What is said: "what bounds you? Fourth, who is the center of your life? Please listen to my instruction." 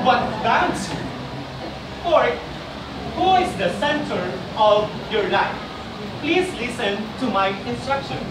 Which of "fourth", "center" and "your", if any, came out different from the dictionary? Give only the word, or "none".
fourth